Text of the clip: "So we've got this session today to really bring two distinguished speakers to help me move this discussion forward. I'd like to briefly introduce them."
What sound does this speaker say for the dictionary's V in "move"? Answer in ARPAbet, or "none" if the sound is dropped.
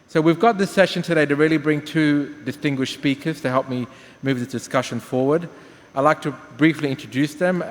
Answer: V